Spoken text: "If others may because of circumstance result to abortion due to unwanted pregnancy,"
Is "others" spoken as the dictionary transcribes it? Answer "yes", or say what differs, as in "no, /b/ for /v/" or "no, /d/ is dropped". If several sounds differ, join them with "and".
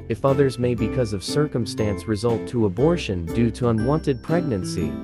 yes